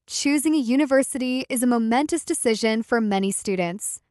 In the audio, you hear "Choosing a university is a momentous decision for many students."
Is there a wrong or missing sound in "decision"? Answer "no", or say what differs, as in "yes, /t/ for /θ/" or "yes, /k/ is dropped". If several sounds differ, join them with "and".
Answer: no